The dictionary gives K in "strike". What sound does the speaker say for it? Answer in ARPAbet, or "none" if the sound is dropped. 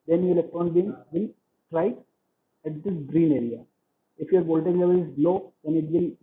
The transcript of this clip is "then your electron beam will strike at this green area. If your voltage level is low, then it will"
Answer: none